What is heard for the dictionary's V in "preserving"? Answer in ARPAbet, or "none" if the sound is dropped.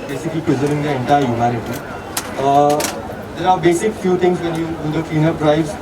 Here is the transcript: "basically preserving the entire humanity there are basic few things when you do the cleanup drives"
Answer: none